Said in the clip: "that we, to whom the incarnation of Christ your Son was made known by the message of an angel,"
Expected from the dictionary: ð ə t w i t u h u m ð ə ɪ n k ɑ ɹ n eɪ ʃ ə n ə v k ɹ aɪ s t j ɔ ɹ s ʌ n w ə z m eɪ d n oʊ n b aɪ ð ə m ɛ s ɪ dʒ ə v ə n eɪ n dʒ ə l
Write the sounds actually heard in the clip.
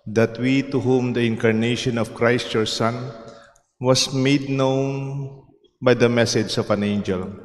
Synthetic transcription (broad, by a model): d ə t w i t u h u m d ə ɪ n k ɑ ɹ n eɪ ʃ ə n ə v k ɹ aɪ s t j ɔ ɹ s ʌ n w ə s m eɪ d n oʊ n b aɪ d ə m ɛ s ɪ dʒ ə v ə n eɪ n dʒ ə l